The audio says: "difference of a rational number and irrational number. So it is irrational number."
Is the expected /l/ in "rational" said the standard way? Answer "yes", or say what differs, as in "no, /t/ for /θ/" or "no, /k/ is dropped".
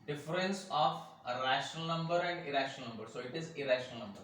yes